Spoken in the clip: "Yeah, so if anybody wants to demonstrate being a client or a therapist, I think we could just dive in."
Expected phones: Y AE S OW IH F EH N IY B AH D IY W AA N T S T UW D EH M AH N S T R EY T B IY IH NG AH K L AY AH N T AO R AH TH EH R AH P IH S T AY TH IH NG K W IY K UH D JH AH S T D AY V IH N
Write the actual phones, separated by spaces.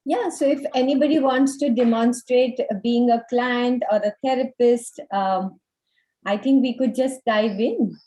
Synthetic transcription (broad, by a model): Y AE S OW IH F EH N IY B AH D IY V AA N T S T UW D EH M AH N S T R EY T B IY IH NG AH K L AY AH N T AO R AH T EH R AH P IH S T AY T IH NG K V IY K UH D JH AH S T D AY V IH N